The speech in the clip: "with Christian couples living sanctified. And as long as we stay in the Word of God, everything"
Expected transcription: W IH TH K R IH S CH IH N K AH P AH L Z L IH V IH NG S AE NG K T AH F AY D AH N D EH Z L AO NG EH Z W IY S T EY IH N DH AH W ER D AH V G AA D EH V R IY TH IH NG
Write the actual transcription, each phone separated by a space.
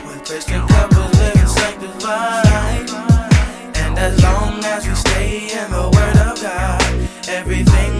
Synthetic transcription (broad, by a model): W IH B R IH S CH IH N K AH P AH Z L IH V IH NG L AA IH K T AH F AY AH N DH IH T L AO NG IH Z W IY S T EY IH N DH AH W ER D AH V G AA D EH V R IY TH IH NG